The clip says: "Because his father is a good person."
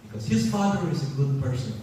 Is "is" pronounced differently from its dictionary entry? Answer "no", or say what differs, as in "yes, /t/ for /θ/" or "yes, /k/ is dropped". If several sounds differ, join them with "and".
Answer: no